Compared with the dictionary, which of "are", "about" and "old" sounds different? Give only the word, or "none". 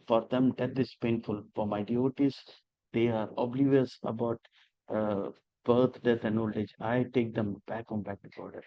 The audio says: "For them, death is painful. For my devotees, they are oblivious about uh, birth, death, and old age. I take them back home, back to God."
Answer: old